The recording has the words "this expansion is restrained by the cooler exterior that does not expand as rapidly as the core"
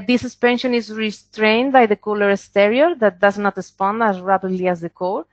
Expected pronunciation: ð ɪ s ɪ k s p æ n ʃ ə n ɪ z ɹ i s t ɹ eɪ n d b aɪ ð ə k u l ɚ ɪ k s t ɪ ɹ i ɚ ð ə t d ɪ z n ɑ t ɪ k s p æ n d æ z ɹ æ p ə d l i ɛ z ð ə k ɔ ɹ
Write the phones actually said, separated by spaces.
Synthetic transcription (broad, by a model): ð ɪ s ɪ s p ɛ n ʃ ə n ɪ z ɹ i s t ɹ eɪ n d b aɪ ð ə k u l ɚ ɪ s t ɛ ɹ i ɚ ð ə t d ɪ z n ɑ t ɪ s p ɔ n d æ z ɹ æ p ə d l i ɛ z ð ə k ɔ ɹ